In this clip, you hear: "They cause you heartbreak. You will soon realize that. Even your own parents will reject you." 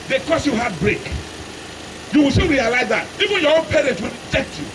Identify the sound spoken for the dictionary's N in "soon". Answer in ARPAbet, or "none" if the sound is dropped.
L